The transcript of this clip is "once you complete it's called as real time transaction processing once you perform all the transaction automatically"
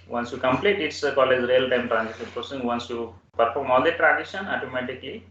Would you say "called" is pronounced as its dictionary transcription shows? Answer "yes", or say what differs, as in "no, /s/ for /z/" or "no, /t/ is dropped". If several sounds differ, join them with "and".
no, /d/ is dropped